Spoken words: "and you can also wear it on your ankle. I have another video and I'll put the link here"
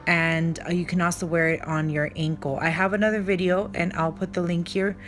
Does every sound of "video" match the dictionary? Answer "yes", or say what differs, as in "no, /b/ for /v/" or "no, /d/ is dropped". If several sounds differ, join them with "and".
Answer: yes